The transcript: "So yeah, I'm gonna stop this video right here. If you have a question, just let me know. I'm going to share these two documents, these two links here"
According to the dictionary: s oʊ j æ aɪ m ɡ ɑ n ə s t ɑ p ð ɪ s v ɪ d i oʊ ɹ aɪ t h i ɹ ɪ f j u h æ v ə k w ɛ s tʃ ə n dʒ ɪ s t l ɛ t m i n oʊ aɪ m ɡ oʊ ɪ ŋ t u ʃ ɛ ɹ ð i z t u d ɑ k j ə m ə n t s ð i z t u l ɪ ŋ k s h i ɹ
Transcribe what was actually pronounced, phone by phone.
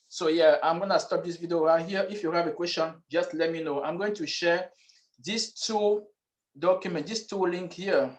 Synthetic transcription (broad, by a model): s oʊ j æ aɪ m ɡ ɑ n ə s t ɑ p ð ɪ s v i d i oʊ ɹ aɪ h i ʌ ɪ f j u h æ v ə k w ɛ s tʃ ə n dʒ ɪ s t l ɛ t m i n oʊ aɪ m ɡ oʊ ɪ ŋ t u ʃ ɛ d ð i s t u d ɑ k j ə m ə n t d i s t u l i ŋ k h i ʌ